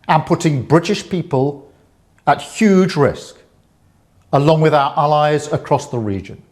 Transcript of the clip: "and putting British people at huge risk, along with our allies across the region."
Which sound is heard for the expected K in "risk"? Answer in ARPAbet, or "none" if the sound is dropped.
K